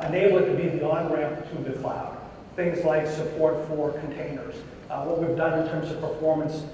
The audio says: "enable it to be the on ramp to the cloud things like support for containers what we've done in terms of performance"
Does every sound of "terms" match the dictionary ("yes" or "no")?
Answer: yes